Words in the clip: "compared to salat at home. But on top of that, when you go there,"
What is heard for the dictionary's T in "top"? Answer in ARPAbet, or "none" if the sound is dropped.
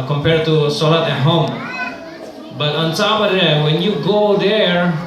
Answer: S